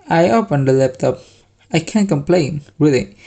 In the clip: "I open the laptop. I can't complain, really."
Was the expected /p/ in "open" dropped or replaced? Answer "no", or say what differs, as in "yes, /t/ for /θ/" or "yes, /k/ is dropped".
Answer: yes, /f/ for /p/